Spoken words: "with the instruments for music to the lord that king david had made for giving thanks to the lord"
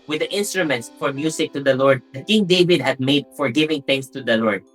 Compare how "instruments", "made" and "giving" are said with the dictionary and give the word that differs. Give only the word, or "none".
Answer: none